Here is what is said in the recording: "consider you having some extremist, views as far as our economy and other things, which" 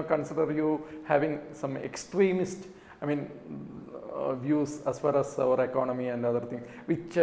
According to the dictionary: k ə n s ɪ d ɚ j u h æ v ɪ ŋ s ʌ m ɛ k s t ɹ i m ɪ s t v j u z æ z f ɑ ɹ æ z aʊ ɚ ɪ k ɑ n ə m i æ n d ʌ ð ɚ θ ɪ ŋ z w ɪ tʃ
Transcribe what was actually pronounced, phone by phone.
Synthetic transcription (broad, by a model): k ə n s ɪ d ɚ j u h æ v ɪ ŋ s ʌ m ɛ k s t ɹ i m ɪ s t v j u s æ s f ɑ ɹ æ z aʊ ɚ ɪ k ɑ n ə m i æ n d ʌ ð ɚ t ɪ ŋ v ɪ tʃ